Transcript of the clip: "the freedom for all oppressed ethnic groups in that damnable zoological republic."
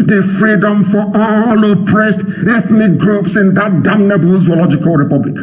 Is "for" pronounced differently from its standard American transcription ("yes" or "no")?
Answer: yes